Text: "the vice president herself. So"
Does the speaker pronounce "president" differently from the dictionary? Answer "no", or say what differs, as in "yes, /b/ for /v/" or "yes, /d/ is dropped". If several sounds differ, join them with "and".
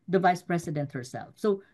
yes, /s/ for /z/